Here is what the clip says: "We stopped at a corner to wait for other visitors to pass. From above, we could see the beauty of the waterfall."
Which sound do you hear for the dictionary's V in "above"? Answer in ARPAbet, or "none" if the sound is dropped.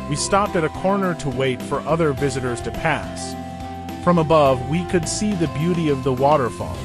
V